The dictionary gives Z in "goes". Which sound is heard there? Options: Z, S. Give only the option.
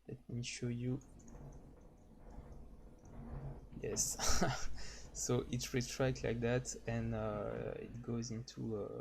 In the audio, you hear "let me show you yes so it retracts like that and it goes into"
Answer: Z